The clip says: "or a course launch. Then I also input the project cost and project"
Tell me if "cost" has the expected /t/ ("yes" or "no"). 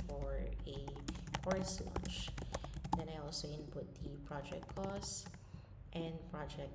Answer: yes